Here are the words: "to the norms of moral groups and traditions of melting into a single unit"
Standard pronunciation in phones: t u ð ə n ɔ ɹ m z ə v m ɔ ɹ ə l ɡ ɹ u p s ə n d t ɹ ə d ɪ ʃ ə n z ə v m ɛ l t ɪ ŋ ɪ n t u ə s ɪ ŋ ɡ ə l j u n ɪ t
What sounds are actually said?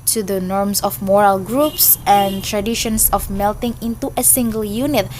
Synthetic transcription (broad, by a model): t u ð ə n ɔ ɹ m s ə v m ɔ ɹ ə l ɡ ɹ u p s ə n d t ɹ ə d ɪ ʃ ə n s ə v m ɛ l t ɪ ŋ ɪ n t u ə s ɪ ŋ ɡ ə l j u n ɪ t